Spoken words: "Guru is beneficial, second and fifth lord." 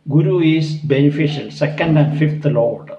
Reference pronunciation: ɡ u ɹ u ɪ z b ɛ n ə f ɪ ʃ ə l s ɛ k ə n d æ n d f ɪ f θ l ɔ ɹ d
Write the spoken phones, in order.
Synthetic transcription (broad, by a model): ɡ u ɹ u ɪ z b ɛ n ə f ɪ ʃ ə l s ɛ k ə n d æ n d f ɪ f t l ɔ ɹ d